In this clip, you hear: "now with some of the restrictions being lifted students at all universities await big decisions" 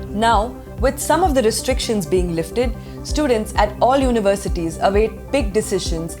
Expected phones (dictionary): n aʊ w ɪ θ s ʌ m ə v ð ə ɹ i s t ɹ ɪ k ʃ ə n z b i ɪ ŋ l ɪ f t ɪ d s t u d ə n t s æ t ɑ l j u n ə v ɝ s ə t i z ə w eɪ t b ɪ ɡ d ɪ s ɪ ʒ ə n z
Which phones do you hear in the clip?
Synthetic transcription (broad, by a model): n aʊ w ɪ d s ʌ m ə v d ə ɹ i s t ɹ ɪ k ʃ ə n z b i ɪ ŋ l ɪ f t ɪ d s t u d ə n t s æ t ɑ l j u n ə v ɝ s ə t i z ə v eɪ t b ɪ ɡ d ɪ s ɪ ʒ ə n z